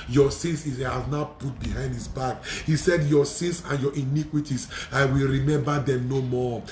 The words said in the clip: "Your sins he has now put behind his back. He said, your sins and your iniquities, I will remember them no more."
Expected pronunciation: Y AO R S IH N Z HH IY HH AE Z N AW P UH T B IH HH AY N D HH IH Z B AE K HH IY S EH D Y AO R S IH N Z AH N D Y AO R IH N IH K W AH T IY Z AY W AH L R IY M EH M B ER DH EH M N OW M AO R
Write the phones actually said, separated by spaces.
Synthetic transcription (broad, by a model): Y AO S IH N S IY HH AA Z N AW P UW T B IH HH AY N D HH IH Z B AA K HH IY S EH D Y AO S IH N S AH N Y AO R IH N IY K W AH T IY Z AY W AH L R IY M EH M B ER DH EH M N OW M AO